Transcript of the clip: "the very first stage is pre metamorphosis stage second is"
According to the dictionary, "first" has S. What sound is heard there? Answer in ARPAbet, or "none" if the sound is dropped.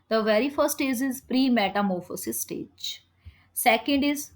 none